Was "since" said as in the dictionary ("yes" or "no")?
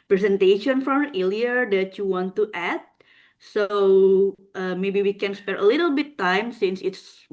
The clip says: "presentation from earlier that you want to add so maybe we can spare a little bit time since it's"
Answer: yes